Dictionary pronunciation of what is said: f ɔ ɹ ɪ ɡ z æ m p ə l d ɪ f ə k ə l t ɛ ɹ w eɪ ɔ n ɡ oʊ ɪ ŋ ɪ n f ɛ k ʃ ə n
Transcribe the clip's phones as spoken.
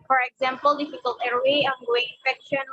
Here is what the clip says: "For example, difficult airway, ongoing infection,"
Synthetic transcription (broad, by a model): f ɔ ɹ ɪ ɡ z æ m p ə l d ɪ f ə k ə l t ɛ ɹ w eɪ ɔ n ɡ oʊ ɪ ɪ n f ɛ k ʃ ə n